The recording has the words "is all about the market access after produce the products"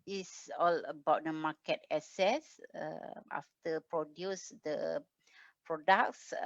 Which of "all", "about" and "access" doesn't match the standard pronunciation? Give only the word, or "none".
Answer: access